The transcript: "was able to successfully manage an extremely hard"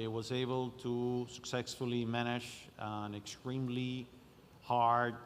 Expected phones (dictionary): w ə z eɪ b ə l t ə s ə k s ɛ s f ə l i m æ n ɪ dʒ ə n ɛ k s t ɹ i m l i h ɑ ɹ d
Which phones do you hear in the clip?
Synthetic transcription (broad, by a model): w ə z eɪ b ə l t ə s ə k s ɛ s f ə l i m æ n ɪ ʃ ə n ɛ k s t ɹ i m l i h ɑ ɹ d